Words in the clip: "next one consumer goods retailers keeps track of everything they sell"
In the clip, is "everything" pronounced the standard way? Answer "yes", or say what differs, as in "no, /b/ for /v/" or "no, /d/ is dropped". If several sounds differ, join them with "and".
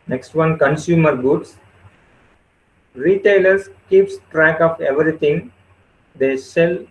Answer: no, /t/ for /θ/